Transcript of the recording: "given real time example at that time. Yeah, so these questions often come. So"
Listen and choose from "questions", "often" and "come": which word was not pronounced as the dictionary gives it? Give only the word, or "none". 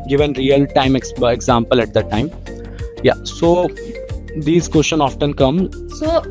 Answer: questions